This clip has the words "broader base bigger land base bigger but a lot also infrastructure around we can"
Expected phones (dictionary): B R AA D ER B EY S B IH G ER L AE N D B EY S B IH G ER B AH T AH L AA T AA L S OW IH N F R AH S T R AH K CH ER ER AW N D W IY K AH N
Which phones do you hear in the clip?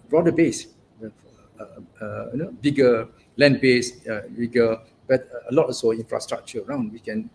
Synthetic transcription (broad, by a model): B R AA D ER B EY S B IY G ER L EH N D B EY S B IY G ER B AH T AH L AA T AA S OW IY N F R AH S T R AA K CH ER ER AW N D W IY K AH N